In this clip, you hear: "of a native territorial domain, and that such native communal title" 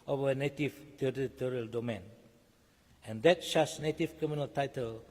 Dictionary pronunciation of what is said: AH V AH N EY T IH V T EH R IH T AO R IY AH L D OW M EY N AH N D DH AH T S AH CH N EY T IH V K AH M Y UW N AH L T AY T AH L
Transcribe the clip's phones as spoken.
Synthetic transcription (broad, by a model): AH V AH N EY T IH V T EH R IH T AO R IY AH L D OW M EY N AH N D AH T SH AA S N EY T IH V K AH M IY N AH L T AY T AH L